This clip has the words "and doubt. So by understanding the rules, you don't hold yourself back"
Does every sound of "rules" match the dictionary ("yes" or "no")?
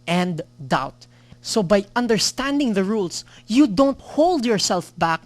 no